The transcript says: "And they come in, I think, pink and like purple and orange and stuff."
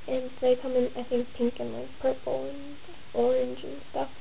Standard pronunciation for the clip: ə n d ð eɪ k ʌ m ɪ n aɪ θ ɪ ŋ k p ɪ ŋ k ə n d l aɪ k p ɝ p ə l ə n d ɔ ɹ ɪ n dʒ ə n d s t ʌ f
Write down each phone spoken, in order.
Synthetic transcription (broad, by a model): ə n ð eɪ k ʌ m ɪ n aɪ θ ɪ ŋ k p ɪ ŋ k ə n l aɪ k p ɝ p l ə n ɔ ɹ ɪ n dʒ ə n s t ʌ f